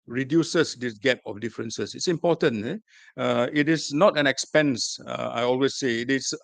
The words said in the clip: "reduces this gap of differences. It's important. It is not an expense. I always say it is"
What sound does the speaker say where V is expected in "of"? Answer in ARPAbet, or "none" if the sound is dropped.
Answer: F